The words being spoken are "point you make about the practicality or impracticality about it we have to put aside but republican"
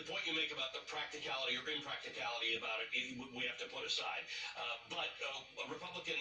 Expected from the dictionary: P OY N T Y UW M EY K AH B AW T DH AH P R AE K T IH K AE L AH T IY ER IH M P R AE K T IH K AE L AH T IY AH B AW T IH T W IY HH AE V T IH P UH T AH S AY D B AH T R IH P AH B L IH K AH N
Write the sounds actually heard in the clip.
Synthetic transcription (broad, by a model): P OY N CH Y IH M EY K AH B AW T DH AH P R AE K T IH K AE L AH T IY ER IH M P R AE K T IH K AE L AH T IY AH B AW T IH T W IY HH AE F T IH P UH T AH S AY D B AH T R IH P AH B L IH K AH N